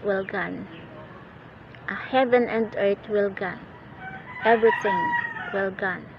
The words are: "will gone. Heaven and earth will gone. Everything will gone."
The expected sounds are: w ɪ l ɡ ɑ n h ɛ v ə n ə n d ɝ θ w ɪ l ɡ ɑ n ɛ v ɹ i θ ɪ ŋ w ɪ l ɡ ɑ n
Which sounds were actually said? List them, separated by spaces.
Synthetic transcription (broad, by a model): w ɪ l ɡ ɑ n h ɛ v ə n ə n d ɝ t w ɪ l ɡ ɑ n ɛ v ɹ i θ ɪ ŋ w ɪ l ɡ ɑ n